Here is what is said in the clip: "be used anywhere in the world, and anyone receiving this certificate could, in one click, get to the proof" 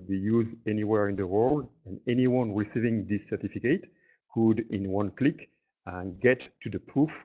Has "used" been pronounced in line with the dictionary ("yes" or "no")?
no